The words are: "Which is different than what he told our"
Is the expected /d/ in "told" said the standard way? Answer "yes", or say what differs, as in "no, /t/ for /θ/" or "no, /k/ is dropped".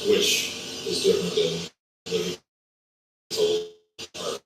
no, /d/ is dropped